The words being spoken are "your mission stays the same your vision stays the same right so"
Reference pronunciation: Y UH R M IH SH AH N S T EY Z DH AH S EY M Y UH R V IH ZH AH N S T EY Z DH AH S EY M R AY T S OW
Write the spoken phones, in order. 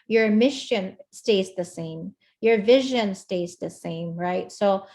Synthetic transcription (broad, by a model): Y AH R M IH SH AH N S T EY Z DH AH S EY M Y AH R V IH ZH AH N S T EY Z DH AH S EY M R AY T S OW